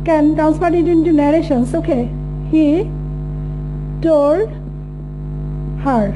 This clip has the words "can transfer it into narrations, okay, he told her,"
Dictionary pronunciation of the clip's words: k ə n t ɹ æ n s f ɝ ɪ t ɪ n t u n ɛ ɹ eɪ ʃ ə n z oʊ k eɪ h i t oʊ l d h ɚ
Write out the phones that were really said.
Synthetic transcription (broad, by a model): k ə n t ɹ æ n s p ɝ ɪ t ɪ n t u n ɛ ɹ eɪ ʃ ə n s oʊ k eɪ h i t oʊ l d h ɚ